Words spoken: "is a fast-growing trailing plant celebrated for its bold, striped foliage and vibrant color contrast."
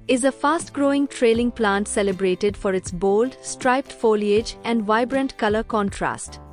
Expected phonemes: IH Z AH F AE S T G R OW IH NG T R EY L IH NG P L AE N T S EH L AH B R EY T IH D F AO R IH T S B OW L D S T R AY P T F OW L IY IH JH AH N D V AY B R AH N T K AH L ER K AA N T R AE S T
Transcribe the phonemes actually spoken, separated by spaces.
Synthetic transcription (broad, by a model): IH Z AH F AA S T G R OW IH NG T R EY L IH NG P L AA N T S EH L AH B R EY T IH D F AO R IH T S B OW L D S T R AY P T F OW L IY IH JH AH N D V AY B R AH N T K AH L ER K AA N T R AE S T